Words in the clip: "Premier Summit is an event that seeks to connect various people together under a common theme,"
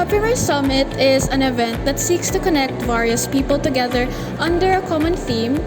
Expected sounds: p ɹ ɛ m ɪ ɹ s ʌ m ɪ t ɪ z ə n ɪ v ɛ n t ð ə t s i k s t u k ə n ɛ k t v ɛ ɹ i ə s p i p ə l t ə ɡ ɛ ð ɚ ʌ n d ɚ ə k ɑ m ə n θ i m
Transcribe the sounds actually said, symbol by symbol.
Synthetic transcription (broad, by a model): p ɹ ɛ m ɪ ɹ s ʌ m ɪ t ɪ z ə n ɪ v ɛ n t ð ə t s i k s t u k ə n ɛ k t v ɛ ɹ i ə s p i p ə l t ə ɡ ɛ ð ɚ ʌ n d ɚ ə k ɑ m ə n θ i m